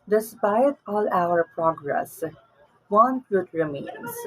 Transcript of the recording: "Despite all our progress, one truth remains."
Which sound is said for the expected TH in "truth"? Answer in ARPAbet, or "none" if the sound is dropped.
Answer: T